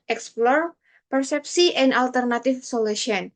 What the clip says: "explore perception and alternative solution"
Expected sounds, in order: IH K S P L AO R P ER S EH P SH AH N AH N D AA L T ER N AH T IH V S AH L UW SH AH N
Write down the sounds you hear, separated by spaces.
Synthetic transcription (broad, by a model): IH K S P L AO R P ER S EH P S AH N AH N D AA L T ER N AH T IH F S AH L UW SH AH N